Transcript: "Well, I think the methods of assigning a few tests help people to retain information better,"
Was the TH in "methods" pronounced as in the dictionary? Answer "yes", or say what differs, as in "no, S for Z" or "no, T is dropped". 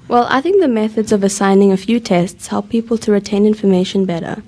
yes